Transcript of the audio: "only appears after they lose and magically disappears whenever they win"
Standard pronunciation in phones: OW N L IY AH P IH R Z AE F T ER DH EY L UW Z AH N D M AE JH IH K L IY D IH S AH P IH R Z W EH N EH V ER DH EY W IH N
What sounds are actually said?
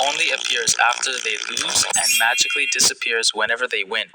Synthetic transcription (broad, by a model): OW N L IY AH P IH R Z AE F T ER DH EY L UW Z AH N M AE JH IH K L IY D IH S AH P IH R Z W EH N EH V ER DH EY W IH N